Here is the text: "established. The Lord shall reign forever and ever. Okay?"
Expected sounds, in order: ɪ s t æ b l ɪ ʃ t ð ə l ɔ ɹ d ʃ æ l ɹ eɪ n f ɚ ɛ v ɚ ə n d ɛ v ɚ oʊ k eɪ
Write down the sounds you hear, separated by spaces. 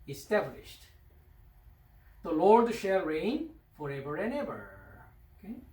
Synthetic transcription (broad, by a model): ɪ s t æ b l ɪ ʃ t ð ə l ɔ ɹ d ʃ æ l ɹ eɪ n f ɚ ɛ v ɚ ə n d ɛ v ɚ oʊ k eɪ